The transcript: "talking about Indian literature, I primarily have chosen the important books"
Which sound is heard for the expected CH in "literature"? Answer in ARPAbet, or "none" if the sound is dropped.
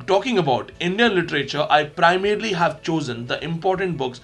CH